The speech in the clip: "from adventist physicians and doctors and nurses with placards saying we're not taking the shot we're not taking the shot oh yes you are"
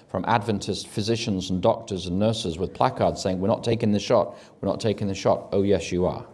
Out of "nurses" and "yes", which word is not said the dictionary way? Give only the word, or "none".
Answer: none